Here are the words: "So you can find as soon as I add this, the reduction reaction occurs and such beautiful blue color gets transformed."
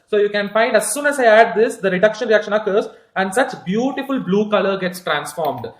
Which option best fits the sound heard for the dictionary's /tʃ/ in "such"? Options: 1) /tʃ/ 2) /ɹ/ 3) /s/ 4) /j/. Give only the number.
1